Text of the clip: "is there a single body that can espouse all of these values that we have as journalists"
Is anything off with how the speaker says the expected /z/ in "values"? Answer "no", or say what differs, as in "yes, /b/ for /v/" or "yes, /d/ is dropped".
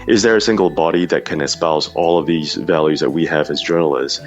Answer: no